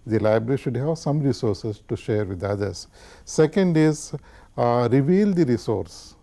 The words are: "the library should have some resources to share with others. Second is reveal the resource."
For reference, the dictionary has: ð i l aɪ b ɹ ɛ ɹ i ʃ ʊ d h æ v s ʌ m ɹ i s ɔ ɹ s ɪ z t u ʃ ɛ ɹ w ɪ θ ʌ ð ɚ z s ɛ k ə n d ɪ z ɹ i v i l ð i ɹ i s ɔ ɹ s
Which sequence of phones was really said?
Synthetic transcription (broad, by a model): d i l aɪ b ɹ ɛ ɹ i ʃ ʊ d h æ v s ʌ m ɹ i s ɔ ɹ s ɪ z t u ʃ ɛ ɹ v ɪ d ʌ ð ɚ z s ɛ k ə n d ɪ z ɹ i v i l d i ɹ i s ɔ ɹ s